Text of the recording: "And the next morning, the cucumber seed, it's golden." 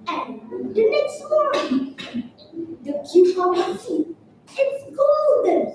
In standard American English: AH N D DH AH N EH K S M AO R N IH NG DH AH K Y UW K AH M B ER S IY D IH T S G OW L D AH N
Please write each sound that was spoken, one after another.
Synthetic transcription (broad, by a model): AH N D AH N EH K S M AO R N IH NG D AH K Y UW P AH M ER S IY IH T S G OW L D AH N